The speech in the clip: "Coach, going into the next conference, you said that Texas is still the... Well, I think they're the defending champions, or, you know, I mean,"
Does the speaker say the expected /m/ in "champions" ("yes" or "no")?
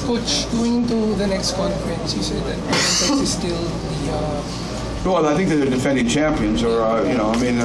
yes